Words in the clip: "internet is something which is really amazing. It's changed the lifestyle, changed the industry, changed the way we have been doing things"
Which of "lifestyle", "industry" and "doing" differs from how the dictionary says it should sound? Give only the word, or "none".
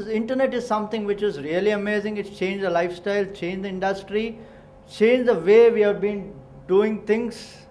none